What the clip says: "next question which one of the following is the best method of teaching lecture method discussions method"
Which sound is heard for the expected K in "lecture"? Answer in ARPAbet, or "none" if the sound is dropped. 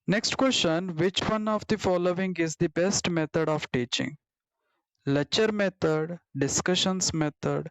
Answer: none